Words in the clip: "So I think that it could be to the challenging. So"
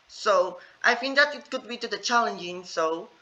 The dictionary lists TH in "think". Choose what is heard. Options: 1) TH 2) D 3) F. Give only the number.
3